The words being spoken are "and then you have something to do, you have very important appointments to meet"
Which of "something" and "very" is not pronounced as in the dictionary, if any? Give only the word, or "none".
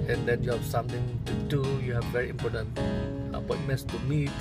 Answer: something